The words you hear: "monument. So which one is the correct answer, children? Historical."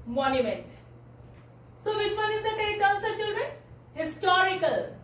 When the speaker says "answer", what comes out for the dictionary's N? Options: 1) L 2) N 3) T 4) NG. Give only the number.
1